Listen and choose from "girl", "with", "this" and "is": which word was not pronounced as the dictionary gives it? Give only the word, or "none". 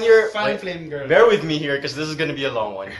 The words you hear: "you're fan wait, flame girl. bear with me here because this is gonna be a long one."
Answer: none